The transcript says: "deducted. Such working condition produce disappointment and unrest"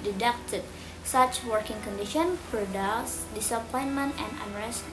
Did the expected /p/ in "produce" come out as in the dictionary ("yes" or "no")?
no